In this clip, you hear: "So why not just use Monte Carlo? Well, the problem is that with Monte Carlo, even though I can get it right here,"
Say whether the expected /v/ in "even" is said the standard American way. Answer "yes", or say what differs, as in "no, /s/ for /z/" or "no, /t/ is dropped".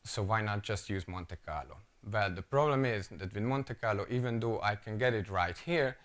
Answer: yes